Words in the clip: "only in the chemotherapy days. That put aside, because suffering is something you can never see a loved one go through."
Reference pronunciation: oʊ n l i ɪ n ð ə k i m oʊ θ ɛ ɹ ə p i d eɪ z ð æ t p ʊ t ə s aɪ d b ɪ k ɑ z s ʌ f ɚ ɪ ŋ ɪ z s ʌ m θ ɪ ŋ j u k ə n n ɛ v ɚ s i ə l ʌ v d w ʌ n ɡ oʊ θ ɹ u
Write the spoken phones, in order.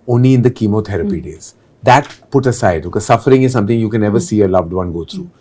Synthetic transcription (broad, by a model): oʊ n l i ɪ n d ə k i m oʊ t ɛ ɹ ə p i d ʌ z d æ t p ʊ t ə s aɪ d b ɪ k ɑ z s ʌ f ɚ ɪ ŋ ɪ z s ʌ m t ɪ ŋ j u k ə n n ɛ v ɚ s i ə l ʌ v d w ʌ n ɡ oʊ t ɹ u